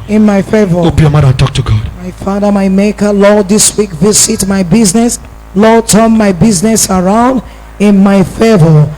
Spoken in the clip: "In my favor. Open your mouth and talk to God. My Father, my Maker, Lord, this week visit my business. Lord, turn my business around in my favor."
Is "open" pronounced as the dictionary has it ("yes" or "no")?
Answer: no